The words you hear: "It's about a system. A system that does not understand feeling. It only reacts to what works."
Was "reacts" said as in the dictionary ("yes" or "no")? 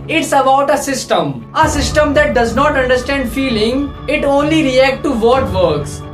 no